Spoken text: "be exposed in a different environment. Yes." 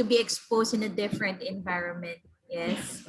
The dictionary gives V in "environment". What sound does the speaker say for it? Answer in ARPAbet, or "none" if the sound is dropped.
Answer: V